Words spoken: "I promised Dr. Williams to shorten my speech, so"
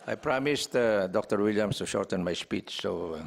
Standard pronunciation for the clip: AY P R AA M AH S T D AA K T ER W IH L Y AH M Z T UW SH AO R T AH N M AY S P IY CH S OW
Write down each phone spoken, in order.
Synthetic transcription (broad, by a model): AY P R AA M AH S T D AA K T ER W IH L Y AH M S T UW SH AO R T AH N M AY S P IY CH S OW